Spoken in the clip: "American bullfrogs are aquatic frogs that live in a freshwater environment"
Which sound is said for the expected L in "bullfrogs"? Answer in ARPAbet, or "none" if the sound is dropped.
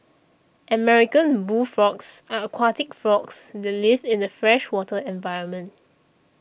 none